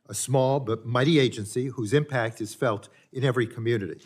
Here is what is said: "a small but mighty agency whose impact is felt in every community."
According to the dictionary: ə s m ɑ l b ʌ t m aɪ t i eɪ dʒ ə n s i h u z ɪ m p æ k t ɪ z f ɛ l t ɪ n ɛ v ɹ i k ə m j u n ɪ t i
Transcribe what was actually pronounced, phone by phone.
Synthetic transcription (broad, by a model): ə s m ɑ l b ʌ t m aɪ t i eɪ dʒ ə n s i h u z ɪ m p æ k t ɪ z f ɛ l t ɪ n ɛ v ɹ i k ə m j u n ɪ t i